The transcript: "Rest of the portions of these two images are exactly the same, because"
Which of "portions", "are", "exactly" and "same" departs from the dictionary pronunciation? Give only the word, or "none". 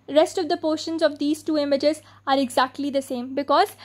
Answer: none